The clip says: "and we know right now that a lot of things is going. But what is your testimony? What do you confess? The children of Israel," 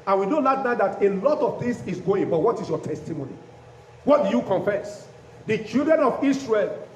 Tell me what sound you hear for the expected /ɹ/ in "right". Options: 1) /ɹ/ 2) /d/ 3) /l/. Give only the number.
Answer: 3